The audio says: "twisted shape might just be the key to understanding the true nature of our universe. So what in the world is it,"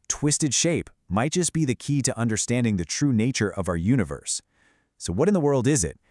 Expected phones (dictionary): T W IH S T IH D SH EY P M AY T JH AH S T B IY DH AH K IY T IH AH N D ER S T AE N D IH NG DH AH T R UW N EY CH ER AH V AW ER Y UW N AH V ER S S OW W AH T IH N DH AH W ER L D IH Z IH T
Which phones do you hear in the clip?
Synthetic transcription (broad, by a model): T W IH S T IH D SH EY P M AY T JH AH S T B IY DH AH K IY T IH AH N D ER S T AE N D IH NG DH AH T R UW N EY CH ER AH V AW ER Y UW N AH V ER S S OW W AH T IH N DH AH W ER L D IH Z IH T